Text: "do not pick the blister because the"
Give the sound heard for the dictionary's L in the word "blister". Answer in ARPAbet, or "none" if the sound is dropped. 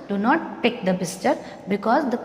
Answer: none